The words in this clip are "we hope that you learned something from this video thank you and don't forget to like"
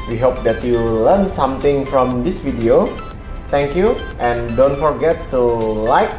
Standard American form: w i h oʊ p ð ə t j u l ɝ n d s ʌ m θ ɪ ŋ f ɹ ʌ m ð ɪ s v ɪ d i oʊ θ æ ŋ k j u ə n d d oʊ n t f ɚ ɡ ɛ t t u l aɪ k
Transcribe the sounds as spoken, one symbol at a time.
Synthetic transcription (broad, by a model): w i h oʊ p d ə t j u l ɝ n s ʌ m t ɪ ŋ f ɹ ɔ m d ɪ s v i d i oʊ t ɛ ŋ k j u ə n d d oʊ n t f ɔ ɡ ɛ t t u l aɪ k